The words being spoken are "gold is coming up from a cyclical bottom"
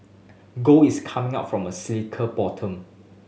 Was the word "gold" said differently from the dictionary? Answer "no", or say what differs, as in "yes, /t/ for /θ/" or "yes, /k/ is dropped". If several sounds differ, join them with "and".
yes, /d/ is dropped